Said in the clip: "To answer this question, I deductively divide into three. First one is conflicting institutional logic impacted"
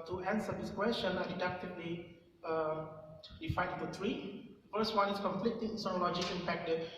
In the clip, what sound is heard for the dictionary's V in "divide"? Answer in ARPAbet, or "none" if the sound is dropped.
F